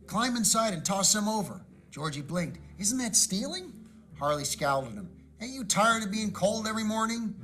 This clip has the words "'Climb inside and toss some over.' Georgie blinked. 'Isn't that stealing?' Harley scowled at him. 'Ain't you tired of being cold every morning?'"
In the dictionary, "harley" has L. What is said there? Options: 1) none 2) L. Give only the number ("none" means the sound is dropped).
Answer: 2